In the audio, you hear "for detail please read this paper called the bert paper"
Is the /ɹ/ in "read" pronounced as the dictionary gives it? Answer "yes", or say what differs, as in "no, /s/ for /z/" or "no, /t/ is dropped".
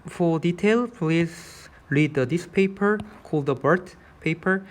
yes